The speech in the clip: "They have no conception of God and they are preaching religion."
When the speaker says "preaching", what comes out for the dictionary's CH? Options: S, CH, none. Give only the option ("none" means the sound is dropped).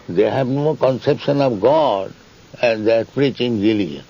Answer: CH